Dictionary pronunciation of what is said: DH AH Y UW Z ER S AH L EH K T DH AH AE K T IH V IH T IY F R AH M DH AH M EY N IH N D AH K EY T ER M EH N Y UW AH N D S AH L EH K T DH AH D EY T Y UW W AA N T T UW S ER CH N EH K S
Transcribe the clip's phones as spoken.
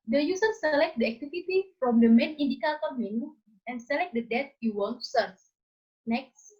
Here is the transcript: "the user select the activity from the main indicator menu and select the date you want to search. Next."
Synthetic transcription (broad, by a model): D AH Y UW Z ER S AH L EH K T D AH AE K T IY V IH T IY F R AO M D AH M EY N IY N D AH K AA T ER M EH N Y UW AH N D S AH L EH K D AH D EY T Y UW W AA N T T UW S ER S N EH K S